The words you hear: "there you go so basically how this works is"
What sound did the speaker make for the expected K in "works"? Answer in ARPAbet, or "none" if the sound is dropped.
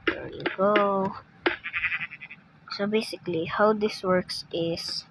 K